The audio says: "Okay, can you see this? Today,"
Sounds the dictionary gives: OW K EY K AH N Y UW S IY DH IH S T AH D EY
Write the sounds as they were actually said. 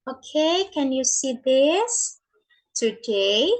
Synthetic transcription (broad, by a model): OW K EY K AH N Y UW S IY DH IH S T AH D EY